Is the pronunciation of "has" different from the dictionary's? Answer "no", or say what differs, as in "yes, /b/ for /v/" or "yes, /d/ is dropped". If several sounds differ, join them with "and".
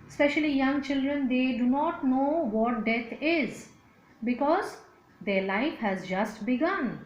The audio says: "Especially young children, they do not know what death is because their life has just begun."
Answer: no